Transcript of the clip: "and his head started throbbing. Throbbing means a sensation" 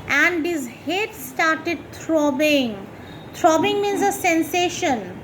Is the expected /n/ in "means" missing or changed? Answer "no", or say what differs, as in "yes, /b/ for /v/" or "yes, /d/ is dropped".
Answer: no